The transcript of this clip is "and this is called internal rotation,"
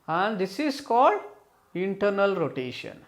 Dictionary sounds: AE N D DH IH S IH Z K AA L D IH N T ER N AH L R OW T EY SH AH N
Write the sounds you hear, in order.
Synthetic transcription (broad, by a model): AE N D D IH S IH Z K AA L D IH N T ER N AH L R OW T EY SH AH N